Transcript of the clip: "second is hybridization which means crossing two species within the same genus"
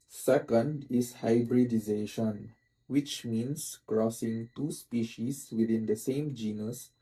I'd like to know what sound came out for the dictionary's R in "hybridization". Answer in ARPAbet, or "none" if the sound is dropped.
R